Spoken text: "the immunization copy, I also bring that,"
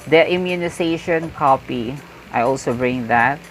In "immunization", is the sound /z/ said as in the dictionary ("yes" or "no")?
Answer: no